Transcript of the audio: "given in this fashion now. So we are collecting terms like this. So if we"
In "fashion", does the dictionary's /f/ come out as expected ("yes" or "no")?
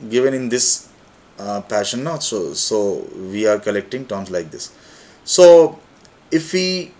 no